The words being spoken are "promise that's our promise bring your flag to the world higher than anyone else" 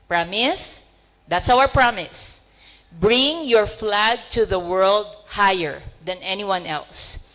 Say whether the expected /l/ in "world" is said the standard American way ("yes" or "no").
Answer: yes